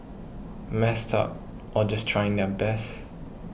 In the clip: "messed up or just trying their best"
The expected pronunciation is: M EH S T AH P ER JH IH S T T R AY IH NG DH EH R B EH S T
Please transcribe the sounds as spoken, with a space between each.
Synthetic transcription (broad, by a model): M EH S T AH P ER JH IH S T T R AY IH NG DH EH B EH S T